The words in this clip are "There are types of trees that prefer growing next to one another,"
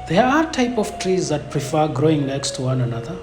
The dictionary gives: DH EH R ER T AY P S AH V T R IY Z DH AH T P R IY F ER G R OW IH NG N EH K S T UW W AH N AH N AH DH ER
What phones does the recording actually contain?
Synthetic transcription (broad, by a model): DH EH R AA T AY P AH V T R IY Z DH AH T P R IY F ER G R OW IH NG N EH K S T UW W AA N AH N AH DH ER